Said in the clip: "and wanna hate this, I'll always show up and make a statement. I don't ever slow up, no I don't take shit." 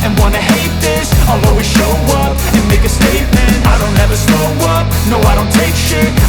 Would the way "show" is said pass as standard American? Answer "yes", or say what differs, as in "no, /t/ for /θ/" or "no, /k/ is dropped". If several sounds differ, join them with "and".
yes